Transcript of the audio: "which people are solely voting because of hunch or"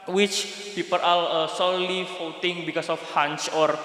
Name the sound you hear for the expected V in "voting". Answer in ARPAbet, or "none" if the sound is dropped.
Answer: F